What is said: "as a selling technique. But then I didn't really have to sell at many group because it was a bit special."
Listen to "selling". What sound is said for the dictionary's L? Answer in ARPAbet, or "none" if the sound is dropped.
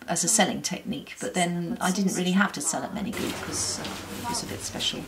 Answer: L